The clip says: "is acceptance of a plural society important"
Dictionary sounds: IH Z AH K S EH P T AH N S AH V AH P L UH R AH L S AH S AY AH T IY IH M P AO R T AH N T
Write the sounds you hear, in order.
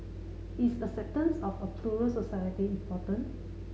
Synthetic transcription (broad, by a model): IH S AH S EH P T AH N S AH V AH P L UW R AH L S AH S AY AH T IY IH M P AO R T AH N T